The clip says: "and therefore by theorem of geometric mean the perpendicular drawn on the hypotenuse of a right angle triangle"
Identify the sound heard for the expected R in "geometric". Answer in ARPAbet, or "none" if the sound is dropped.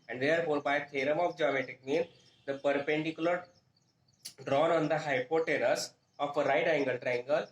none